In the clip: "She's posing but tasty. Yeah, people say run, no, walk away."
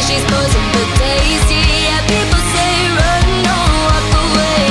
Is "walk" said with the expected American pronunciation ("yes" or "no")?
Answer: no